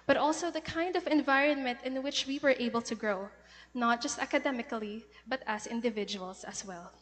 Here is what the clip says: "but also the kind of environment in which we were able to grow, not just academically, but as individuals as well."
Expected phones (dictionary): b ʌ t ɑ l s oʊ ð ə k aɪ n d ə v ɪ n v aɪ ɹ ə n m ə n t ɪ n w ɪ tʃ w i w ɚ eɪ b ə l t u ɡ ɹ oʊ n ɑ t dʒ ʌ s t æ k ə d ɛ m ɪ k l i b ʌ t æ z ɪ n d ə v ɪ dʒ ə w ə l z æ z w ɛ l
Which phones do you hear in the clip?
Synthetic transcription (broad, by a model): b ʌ t ɑ l s oʊ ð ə k aɪ n d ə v ɪ n v aɪ ɹ ə n m ə n t ɪ n w ɪ tʃ w i w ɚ eɪ b ə l t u ɡ ɹ oʊ n ɑ t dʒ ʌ s t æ k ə d ɛ m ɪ k l i b ʌ t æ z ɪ n d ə v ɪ dʒ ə w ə l s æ s w ɛ l